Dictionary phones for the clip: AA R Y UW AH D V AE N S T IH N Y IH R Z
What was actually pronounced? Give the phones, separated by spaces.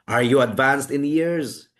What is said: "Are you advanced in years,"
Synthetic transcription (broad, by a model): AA R Y UW AH D V AE N S T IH N Y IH R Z